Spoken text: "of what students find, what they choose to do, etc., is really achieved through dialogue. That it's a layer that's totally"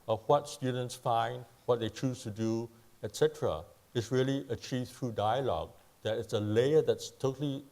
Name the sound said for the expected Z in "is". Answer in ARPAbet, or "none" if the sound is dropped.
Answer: S